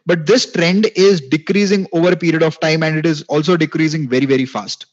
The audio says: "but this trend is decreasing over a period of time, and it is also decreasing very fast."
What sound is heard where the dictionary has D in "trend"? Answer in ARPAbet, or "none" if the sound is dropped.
D